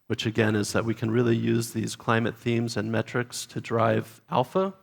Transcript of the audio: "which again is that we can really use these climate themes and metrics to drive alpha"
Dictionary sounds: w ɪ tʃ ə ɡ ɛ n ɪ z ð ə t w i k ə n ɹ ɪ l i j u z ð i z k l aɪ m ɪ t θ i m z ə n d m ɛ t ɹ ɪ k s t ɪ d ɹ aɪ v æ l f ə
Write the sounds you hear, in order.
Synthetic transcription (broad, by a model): w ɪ tʃ ə ɡ ɛ n ɪ z ð ə t w i k ə n ɹ ɪ l i j u z ð i z k l aɪ m ɪ t θ i m z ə n m ɛ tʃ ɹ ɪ k s t ɪ d ɹ aɪ v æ l f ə